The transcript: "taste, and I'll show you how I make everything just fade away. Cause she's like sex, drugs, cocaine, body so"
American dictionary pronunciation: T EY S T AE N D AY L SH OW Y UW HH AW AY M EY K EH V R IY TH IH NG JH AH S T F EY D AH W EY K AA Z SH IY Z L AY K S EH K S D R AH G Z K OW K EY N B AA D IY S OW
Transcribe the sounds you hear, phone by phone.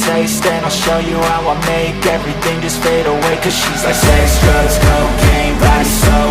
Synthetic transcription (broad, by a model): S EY S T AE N AY L SH OW Y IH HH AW AY M EY K EH V R IY TH IH NG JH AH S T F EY D AH W EY K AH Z SH IY Z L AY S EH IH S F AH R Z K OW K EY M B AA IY S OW